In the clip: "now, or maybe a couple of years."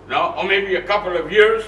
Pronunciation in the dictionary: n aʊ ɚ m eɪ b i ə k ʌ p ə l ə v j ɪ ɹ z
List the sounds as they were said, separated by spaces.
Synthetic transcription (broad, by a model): n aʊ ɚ m eɪ b i ə k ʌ p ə l ə v j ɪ ɹ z